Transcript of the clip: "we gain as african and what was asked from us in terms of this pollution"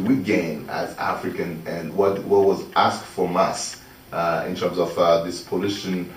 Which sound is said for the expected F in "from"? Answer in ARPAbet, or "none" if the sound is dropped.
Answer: F